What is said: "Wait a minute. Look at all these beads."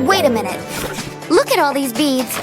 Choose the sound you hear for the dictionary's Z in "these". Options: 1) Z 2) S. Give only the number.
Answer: 1